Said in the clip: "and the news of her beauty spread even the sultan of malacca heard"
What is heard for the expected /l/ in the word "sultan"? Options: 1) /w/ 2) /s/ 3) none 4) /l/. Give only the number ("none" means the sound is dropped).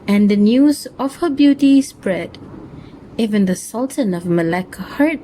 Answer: 4